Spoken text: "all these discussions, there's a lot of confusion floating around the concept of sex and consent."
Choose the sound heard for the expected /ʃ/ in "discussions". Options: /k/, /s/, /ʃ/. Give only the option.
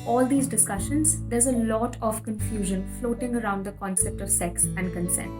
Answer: /ʃ/